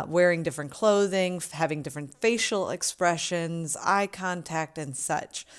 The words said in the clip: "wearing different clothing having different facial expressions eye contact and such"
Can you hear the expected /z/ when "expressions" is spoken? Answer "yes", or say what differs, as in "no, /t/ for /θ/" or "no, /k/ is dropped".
yes